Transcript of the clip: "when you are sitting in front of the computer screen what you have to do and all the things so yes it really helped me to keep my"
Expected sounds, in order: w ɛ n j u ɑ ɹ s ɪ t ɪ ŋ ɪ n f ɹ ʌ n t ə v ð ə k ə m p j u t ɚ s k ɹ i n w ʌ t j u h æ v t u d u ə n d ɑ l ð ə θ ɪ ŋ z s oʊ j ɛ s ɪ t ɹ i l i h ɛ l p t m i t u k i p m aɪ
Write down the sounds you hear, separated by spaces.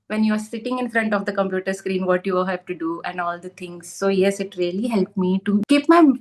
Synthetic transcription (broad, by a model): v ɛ n j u ɑ ɹ s ɪ t ɪ ŋ ɪ n f ɹ ʌ n t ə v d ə k ə m p j u t ɚ s k ɹ i n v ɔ t j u h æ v t u d u ə n d ɑ l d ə t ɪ ŋ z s oʊ j ɛ s ɪ t ɹ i l i h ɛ l p m i t u k i p m aɪ